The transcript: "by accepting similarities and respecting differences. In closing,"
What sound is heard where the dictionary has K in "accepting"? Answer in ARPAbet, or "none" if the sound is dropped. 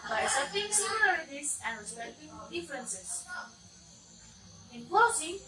none